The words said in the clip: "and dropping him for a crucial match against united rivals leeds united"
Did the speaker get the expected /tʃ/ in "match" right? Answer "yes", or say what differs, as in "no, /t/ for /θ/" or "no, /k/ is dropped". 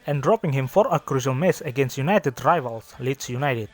no, /s/ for /tʃ/